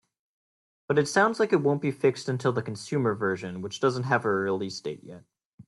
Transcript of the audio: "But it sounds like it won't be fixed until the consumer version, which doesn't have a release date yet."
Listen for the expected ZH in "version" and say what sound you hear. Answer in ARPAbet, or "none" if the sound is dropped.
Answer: ZH